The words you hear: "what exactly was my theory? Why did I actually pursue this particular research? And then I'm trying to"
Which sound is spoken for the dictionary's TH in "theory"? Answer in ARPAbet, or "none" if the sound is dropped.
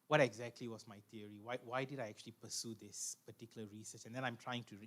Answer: T